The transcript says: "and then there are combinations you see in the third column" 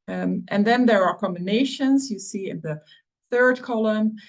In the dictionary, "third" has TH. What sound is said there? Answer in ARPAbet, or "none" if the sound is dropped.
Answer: TH